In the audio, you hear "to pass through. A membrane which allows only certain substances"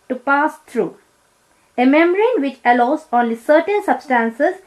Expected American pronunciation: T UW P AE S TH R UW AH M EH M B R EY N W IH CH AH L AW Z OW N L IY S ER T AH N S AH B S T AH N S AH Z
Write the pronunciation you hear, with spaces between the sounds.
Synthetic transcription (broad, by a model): T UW P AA S T R UW AH M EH M R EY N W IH CH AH L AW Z OW N L IY S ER T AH N S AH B S T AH N S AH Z